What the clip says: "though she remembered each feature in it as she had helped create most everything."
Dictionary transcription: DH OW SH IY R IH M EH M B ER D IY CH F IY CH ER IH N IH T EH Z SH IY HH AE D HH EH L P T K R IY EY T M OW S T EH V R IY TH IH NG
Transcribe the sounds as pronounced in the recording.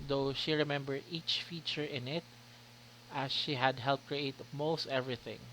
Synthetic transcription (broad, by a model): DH OW SH IY R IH M EH M B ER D IY CH F IY CH ER IH N IH T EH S SH IY HH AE D HH EH L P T K R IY EY T M OW S T EH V R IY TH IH NG